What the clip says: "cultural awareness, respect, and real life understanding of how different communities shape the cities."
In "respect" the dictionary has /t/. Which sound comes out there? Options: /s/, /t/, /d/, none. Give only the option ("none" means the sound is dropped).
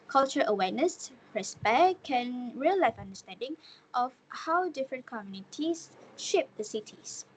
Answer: none